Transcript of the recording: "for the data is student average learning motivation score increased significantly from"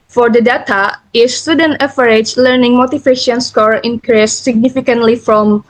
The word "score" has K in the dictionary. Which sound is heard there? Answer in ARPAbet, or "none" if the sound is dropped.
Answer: K